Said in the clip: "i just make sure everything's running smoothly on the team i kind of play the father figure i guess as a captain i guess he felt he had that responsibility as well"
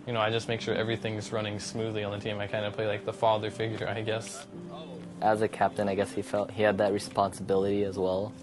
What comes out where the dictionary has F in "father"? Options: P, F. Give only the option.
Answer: F